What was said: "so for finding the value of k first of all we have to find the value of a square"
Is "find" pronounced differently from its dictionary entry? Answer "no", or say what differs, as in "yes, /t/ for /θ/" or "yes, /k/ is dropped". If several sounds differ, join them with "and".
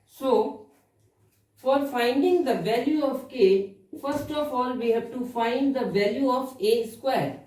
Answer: no